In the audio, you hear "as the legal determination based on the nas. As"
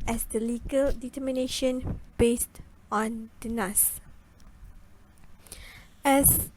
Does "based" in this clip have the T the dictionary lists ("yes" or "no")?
yes